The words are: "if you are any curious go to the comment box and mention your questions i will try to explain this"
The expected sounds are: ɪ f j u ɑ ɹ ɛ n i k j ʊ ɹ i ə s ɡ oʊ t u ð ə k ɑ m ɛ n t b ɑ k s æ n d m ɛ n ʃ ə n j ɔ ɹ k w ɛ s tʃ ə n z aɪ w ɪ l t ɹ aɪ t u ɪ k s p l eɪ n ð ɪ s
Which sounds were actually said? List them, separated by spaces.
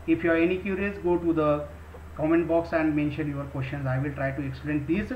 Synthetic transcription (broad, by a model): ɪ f j u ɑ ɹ ɛ n i k j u ɹ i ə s ɡ oʊ t u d ə k ɑ m ɛ n t b ɑ k s æ n d m ɛ n ʃ ə n j ɔ ɹ k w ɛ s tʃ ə n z aɪ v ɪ l t ɹ aɪ t u ɪ k s p l eɪ n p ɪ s